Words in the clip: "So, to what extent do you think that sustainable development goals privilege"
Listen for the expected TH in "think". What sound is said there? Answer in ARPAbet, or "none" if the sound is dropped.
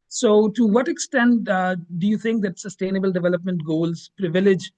T